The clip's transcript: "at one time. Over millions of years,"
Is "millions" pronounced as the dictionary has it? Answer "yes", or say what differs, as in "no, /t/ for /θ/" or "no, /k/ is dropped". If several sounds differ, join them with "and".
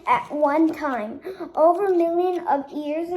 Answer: no, /z/ is dropped